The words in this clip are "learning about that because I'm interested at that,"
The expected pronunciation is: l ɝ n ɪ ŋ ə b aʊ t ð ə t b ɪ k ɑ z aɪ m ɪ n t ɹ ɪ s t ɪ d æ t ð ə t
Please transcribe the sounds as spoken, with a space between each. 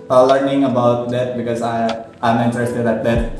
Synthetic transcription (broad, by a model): l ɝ n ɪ ŋ ə b aʊ t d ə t b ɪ k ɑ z aɪ m ɪ n t ɹ ɪ s t ɪ d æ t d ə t